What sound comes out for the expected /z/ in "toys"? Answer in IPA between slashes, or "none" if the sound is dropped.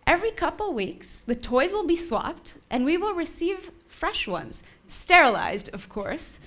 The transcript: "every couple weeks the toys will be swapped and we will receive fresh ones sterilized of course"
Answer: /z/